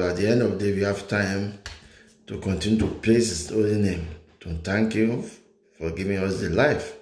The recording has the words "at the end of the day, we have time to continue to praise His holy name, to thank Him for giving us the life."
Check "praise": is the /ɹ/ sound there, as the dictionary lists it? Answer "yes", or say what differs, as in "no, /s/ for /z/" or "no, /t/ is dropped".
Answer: no, /l/ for /ɹ/